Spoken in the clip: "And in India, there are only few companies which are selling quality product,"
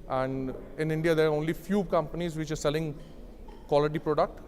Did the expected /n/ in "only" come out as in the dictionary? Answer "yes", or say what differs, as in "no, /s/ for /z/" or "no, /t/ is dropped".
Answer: yes